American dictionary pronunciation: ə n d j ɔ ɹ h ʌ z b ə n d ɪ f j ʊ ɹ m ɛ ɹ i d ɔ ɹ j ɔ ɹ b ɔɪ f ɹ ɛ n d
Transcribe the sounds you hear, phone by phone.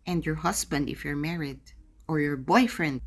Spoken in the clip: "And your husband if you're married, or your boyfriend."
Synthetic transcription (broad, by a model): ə n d j ɔ ɹ h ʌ s b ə n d ɪ f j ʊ ɹ m ɛ ɹ i d ɔ ɹ j ɔ ɹ b ɔɪ f ɹ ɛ n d